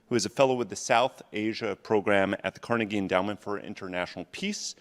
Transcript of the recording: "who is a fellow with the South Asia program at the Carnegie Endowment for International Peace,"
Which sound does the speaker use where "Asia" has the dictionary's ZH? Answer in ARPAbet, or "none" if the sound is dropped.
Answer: ZH